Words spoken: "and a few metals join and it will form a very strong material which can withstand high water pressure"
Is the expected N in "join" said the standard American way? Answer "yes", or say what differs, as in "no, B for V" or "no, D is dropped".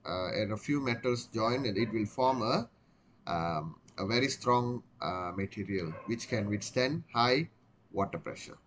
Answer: no, N is dropped